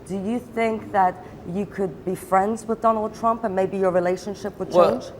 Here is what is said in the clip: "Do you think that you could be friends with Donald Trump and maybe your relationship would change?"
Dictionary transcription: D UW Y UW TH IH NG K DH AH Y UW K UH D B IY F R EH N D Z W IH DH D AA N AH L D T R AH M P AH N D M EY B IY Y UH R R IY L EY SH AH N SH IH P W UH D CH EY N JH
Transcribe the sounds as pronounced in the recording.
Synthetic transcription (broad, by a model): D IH Y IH TH IH NG K DH AH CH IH K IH D B IY F R EH N D Z W IH DH D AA N L D T R AH M P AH N M EY B IY Y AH R R IY L EY SH AH N SH IH P W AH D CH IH N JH